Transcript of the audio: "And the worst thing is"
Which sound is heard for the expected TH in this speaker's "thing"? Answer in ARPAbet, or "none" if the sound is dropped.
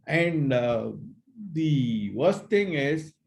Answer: T